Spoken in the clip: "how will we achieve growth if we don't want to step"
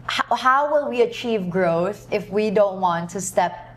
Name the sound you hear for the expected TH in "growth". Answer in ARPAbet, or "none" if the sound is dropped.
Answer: TH